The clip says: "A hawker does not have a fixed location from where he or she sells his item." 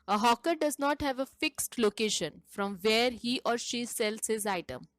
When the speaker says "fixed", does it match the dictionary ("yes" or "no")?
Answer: yes